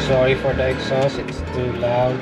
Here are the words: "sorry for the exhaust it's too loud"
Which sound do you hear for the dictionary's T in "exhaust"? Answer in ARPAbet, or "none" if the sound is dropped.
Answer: none